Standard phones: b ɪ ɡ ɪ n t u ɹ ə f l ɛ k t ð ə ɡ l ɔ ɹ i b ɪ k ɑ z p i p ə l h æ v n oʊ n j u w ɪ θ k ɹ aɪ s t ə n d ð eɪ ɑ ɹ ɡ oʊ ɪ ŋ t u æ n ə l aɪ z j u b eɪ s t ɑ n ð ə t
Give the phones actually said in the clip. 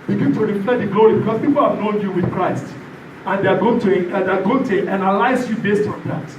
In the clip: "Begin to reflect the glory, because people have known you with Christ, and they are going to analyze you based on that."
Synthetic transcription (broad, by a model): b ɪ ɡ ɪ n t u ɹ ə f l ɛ t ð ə ɡ l ɔ ɹ i b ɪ k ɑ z p i p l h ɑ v n oʊ n j u w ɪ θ k ɹ aɪ s t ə n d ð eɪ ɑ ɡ ɡ oʊ ɪ ŋ t u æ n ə l aɪ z j u b eɪ s t ɑ n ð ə t